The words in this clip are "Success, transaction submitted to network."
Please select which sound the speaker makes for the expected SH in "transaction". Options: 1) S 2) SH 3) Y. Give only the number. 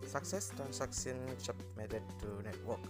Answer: 1